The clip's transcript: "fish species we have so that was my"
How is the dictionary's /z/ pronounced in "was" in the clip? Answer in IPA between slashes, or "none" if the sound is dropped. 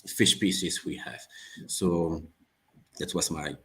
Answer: /s/